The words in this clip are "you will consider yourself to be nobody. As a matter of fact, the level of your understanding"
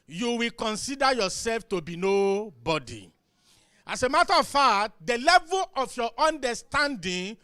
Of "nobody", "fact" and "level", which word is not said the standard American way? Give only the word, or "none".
fact